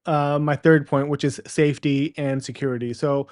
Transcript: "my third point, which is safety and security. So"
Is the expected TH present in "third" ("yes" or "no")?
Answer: yes